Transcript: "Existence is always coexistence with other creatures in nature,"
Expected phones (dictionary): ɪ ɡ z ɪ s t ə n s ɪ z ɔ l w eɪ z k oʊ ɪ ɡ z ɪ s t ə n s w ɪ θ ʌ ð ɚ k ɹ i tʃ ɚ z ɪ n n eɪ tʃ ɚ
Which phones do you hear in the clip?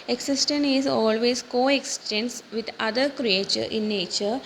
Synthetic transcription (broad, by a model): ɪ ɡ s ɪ s t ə n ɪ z ɔ l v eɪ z k oʊ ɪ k s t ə n s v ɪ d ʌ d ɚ k ɹ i tʃ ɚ ɪ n n eɪ tʃ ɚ